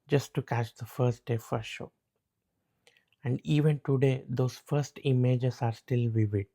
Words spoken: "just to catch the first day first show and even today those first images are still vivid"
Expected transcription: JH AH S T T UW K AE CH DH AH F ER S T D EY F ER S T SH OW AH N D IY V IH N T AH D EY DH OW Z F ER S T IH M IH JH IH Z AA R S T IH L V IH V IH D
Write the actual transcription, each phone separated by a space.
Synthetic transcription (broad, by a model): JH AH S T T UW K AE CH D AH F ER S T D EY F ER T SH OW AH N D IY V IH N T AH D EY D OW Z F ER S T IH M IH JH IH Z AA R S T IH L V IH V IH D